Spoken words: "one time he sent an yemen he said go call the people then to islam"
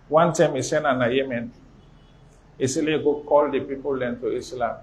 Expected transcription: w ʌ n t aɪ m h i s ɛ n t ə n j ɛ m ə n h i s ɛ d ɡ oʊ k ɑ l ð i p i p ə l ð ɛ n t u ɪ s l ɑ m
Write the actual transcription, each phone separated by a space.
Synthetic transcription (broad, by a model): w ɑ n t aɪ m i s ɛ n ə n j ɛ m ə n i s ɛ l ɡ oʊ k ɑ l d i p i p ə l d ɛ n t u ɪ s l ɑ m